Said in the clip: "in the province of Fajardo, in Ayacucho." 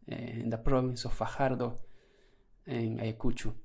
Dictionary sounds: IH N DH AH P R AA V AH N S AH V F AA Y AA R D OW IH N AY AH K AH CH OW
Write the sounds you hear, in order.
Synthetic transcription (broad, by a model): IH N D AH P R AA B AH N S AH F AA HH AA R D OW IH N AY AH K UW CH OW